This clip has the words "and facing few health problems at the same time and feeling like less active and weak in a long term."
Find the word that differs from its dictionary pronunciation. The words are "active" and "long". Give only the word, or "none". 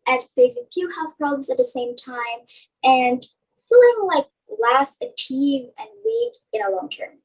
active